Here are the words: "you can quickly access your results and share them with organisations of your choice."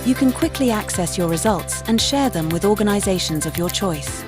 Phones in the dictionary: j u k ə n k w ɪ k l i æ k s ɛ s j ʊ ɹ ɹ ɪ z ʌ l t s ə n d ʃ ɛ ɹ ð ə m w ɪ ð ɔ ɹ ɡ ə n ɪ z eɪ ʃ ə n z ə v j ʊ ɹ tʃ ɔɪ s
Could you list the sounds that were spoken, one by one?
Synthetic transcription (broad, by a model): j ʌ k ə n k w ɪ k l i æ k s ɛ s j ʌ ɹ ɹ ɪ z ʌ l t s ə n ʃ ɛ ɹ ð ə m w ɪ ð ɔ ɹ ɡ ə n ɪ z eɪ ʃ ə n z ə v j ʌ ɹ tʃ ɔɪ s